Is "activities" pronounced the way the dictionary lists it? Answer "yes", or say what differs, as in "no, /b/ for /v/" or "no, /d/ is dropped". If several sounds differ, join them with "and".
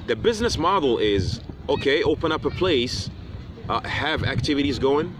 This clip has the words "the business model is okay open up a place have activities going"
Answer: yes